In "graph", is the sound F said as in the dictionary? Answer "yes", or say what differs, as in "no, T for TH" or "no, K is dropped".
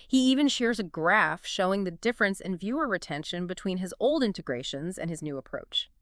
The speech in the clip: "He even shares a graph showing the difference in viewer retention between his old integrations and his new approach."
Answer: yes